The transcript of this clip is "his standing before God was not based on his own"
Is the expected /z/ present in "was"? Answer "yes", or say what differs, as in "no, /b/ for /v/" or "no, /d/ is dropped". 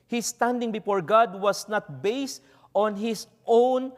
no, /s/ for /z/